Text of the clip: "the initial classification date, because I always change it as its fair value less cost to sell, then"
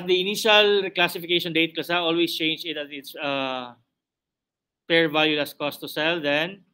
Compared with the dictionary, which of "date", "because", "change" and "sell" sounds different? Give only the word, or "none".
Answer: because